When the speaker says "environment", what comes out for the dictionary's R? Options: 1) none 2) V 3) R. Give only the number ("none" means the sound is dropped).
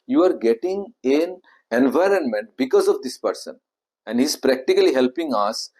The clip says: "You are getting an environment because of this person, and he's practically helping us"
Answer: 3